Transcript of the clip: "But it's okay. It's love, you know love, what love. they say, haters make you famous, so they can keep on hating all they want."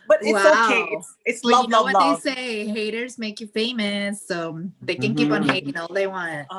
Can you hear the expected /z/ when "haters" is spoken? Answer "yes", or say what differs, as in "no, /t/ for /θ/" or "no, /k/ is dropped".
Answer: yes